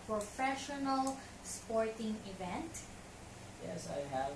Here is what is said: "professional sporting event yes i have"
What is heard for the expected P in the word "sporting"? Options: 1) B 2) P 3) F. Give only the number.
2